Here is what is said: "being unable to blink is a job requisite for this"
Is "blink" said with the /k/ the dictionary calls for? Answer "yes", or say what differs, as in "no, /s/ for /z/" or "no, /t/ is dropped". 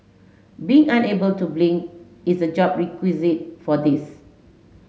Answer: no, /k/ is dropped